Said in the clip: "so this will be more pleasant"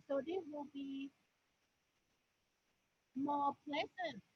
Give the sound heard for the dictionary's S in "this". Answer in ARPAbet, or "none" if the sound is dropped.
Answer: none